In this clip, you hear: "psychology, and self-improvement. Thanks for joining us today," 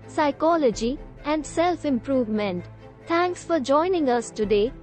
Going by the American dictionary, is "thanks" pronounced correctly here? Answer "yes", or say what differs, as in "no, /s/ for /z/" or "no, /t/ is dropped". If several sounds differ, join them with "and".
no, /t/ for /θ/